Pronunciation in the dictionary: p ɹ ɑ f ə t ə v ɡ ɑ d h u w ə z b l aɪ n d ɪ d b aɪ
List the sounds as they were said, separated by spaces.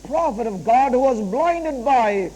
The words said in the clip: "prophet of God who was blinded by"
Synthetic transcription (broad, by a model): p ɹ ɑ f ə t ə v ɡ ɑ d h u w ə z b l aɪ n d ɪ d b aɪ